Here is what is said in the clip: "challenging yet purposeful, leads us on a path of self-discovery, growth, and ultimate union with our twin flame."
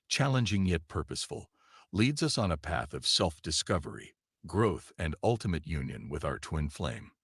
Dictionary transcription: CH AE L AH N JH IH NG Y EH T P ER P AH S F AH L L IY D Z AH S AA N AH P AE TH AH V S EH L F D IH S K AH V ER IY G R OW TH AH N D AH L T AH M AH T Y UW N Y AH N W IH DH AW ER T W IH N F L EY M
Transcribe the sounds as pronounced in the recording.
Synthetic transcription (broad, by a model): CH AE L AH N JH IH NG Y EH T P ER P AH S F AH L L IY D Z AH S N AH P AE TH AH V S EH L F D IH S K AH V ER IY G R OW TH AH N D AH L T AH M AH T Y UW N Y AH N W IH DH AW ER T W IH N F L EY M